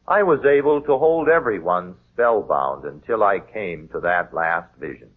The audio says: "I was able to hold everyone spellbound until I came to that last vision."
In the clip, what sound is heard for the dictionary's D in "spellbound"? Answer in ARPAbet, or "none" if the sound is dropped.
D